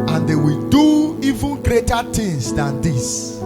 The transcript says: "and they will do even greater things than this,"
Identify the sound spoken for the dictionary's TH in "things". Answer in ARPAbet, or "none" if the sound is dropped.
T